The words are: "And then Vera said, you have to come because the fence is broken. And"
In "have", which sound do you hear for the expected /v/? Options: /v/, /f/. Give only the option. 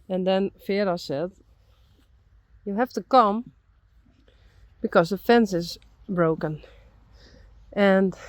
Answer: /f/